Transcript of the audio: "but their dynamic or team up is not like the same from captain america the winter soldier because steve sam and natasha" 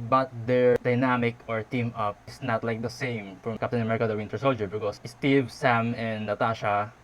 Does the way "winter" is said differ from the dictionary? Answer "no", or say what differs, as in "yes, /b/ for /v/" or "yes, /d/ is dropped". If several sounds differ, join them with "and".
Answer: no